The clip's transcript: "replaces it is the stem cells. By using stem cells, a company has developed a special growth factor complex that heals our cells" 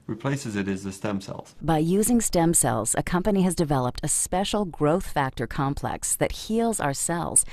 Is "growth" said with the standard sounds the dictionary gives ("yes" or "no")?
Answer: yes